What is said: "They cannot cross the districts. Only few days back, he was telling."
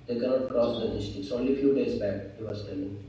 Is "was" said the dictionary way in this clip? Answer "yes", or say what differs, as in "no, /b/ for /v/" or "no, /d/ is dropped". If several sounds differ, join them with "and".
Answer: no, /s/ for /z/